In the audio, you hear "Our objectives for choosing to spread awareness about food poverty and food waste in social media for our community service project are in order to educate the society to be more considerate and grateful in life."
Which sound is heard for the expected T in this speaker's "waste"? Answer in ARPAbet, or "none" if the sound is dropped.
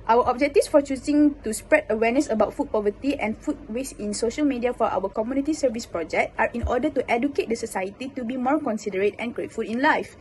none